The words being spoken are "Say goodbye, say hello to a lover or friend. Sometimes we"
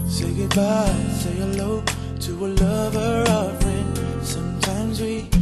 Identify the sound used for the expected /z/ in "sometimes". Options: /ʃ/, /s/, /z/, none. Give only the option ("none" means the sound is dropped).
/z/